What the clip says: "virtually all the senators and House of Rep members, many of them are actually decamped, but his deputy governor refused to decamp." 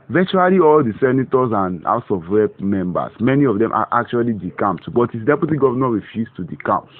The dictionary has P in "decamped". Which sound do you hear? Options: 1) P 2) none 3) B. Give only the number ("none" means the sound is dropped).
2